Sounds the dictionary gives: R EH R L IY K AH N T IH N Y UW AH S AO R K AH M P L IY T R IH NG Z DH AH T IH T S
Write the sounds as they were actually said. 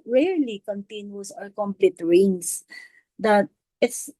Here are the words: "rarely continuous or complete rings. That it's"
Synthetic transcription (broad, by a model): R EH R L IY K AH N T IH N Y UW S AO L K AH M P L IY T R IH NG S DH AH T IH T S